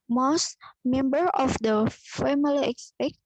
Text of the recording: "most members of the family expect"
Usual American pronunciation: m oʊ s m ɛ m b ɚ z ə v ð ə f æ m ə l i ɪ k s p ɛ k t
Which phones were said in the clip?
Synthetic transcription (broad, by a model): m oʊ s m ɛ m b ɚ ə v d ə f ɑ m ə l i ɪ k s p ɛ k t